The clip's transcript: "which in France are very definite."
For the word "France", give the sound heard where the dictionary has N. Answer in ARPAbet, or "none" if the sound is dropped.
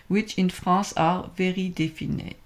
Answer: none